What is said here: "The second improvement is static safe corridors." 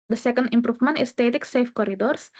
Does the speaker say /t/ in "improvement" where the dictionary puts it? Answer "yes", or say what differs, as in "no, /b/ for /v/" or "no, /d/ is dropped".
no, /t/ is dropped